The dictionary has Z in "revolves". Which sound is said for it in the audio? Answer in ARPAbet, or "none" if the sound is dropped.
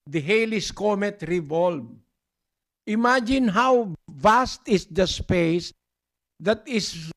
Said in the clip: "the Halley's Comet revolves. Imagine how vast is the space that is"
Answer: none